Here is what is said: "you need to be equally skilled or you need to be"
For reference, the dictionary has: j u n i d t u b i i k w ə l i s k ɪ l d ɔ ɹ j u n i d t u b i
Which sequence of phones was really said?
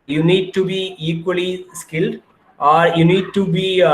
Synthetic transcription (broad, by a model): j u n i d t u b i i k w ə l i s k ɪ l d ɔ ɹ j u n i d t u b i